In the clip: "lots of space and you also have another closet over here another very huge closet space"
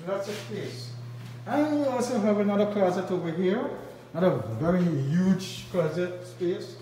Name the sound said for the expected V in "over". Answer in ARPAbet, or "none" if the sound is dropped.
none